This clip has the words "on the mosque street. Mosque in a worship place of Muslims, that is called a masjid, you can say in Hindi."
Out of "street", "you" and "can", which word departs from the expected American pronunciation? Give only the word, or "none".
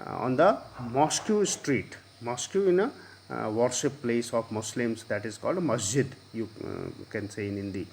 none